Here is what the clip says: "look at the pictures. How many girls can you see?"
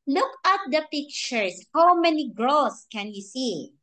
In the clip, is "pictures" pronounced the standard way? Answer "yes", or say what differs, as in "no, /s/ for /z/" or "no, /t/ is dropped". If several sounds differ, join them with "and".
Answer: no, /s/ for /z/